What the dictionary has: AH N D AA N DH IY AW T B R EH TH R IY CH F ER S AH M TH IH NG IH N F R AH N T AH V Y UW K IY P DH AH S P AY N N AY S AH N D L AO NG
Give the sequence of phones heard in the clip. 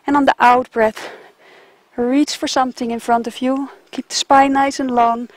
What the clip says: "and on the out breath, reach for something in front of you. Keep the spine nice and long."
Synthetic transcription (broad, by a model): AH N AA N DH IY AW T B R EH TH R IY CH F ER S AH M TH IH NG IH N F R AH N T AH V Y UW K IY P DH AH S P AY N N AY S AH N L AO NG